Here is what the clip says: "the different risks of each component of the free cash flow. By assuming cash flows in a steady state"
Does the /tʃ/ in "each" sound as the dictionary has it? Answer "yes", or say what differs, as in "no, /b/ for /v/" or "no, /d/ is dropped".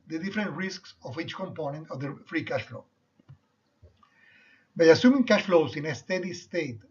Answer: yes